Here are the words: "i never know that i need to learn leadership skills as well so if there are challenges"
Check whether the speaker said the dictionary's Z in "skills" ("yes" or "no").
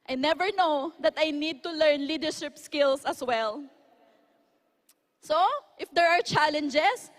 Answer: no